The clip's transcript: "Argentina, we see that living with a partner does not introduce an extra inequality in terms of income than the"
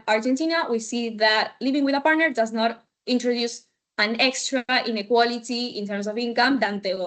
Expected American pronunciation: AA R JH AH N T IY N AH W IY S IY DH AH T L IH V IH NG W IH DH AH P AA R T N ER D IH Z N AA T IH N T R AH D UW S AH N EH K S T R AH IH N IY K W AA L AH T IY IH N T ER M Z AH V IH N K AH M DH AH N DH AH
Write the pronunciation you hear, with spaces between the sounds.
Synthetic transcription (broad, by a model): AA R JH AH N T IY N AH W IY S IY DH AH T L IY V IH NG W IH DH AH P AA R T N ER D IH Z N AA T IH N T R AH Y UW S AH N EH K S T R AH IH N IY K W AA L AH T IY IH N T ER M S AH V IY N K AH M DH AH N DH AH